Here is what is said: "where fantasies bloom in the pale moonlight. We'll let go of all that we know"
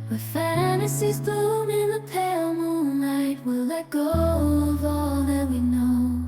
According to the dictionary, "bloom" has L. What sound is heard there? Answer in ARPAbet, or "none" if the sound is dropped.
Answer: none